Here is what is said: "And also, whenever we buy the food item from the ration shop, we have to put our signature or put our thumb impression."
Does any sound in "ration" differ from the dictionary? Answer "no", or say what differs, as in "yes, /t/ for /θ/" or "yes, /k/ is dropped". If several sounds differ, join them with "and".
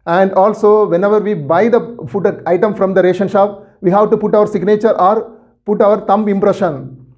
no